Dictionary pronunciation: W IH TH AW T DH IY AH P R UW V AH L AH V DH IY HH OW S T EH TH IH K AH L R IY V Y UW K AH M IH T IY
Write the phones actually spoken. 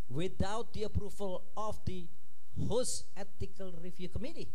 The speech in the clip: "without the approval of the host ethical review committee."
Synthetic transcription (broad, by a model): W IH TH AW T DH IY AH P R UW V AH L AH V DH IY HH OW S EH T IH K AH L R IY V Y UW K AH M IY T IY